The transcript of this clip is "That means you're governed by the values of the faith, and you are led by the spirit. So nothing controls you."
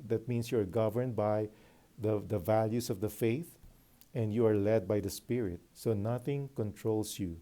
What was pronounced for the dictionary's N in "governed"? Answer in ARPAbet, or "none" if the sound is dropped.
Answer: N